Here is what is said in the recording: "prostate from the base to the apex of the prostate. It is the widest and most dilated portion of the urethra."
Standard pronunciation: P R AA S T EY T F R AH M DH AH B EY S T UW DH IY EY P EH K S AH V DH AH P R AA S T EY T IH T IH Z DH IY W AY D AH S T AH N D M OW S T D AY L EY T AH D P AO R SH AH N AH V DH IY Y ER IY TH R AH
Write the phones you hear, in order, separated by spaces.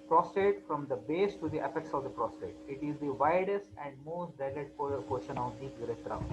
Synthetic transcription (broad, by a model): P R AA S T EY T F R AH M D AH B EY S T UW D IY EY F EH K S AH V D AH P R AA S T EY T IH T IH Z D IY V AY D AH S T AH N D M OW S T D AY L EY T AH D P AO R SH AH N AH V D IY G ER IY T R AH